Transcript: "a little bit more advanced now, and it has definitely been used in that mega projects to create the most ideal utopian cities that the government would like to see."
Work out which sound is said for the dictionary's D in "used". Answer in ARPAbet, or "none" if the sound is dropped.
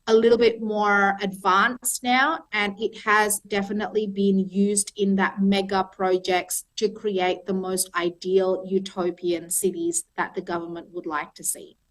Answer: D